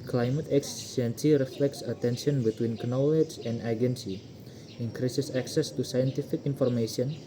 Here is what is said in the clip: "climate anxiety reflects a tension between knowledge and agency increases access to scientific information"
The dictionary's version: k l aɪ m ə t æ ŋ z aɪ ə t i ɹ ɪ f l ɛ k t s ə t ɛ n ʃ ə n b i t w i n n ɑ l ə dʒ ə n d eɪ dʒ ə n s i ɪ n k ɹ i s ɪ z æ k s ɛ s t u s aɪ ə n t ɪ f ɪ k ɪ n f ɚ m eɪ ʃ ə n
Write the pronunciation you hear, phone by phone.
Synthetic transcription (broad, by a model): k l aɪ m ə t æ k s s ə s i ɹ ɪ f l ɛ k t s ə t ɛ n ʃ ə n b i t w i n n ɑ l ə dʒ ə n d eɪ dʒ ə n s i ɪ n k ɹ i s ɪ s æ k s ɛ s t u s aɪ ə n t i f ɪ k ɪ n f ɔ m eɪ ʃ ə n